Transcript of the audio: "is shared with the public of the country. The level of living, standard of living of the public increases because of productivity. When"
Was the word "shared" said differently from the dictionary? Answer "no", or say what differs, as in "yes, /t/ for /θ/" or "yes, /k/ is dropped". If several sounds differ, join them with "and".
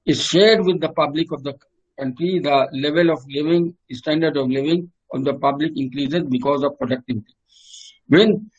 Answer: no